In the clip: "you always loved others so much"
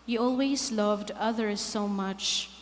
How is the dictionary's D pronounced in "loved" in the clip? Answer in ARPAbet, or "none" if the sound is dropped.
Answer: D